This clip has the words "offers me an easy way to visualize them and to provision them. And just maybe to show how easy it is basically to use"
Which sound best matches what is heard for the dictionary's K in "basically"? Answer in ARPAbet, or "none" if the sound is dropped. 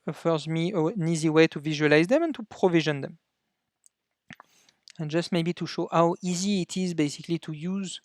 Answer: K